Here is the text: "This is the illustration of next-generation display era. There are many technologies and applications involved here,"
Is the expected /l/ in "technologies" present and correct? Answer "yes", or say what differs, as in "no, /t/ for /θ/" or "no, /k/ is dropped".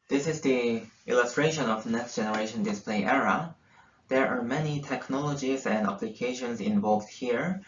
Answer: yes